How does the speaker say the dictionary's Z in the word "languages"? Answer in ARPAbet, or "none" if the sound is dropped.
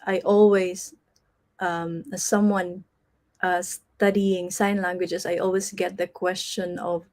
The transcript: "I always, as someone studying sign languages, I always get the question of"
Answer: S